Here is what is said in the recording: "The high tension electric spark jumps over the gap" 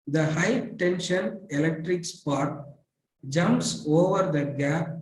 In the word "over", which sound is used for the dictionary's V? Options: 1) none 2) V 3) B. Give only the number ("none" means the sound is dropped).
2